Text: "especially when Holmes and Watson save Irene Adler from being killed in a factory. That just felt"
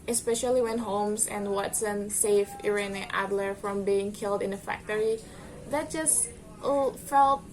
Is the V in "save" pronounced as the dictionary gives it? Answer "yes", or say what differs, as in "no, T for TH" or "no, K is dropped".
no, F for V